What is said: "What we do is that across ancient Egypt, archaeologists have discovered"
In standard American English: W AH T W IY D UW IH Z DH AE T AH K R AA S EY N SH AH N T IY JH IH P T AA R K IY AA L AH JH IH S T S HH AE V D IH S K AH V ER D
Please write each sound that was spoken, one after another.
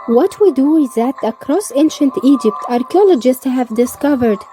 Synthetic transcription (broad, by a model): W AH T W IY D UW IH Z DH AE T AH K R AA S EY N SH AH N T IY JH IH P T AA R K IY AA L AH JH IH S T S HH AE V D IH S K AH V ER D